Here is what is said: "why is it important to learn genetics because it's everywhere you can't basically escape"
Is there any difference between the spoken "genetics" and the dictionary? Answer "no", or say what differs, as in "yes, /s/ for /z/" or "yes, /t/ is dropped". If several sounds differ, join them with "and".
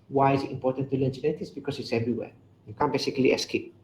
yes, /k/ is dropped